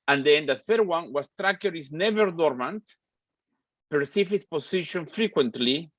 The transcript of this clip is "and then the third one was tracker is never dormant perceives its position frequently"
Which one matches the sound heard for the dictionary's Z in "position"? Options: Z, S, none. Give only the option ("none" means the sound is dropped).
S